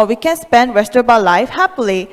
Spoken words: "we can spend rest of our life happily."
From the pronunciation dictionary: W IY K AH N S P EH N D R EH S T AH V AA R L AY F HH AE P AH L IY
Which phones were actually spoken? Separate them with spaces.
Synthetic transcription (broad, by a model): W IY K AH N S P EH N D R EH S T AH B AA L AY F HH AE P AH L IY